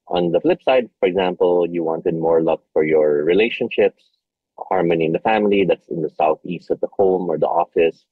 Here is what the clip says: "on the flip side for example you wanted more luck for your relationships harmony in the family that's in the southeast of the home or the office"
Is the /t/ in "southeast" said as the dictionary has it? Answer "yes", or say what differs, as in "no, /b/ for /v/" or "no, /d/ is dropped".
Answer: yes